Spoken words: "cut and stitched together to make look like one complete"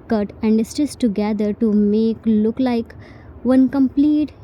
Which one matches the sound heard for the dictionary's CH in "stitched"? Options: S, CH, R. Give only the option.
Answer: S